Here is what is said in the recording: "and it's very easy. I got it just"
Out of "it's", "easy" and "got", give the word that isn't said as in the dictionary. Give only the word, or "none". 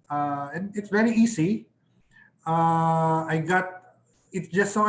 easy